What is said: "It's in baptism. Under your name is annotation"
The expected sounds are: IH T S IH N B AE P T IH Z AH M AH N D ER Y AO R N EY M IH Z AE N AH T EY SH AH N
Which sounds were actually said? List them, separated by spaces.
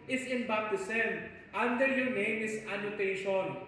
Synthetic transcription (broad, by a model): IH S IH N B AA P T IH S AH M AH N D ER Y AO R N EY M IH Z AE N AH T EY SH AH N